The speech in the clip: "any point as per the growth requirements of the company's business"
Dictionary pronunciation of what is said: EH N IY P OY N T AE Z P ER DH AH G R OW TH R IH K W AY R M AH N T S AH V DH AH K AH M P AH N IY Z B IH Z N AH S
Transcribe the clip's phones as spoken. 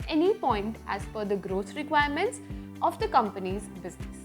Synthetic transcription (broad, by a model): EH N IY P OY N T AE Z F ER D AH G R OW T R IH K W AY R M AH N T S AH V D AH K AH M P AH N IY Z B IH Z N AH S